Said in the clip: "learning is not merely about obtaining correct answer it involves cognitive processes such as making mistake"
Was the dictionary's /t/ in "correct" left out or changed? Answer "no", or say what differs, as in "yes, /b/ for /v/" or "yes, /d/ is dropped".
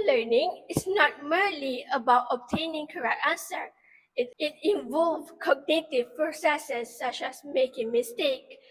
no